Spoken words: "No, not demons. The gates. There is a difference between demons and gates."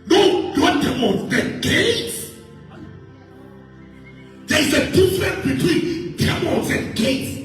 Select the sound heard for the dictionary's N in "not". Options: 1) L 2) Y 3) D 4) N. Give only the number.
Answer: 1